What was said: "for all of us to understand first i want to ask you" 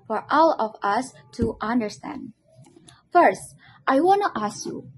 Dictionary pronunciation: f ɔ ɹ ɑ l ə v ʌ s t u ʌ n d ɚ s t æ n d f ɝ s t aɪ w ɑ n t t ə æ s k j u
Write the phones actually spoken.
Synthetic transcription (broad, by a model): f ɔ ɹ ɑ l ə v ʌ s t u ʌ n d ɚ s t æ n d f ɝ s t aɪ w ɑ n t t æ s k j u